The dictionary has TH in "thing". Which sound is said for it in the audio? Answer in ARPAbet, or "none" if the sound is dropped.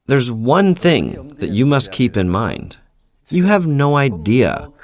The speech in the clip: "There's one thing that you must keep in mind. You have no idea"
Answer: TH